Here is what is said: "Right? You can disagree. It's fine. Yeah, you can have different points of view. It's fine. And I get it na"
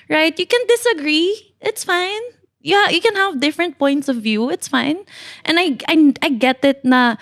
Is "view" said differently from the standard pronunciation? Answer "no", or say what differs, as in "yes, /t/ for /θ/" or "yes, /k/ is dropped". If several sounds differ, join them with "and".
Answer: no